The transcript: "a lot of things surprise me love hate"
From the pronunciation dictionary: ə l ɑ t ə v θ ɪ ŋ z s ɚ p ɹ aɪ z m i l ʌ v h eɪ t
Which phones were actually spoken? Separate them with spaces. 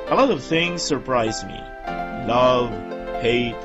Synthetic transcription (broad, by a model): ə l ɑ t ə v θ ɪ ŋ z s ɚ p ɹ aɪ z m i l ʌ v h eɪ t